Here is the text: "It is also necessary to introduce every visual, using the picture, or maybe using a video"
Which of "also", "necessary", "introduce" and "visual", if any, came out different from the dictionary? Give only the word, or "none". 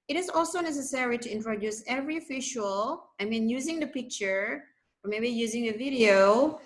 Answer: visual